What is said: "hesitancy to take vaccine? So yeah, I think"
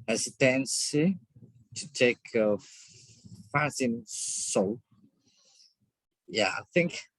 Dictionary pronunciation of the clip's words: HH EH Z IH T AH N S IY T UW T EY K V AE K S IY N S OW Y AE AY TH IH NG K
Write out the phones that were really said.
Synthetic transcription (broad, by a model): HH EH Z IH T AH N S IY T UW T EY K F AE S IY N S OW Y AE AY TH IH NG K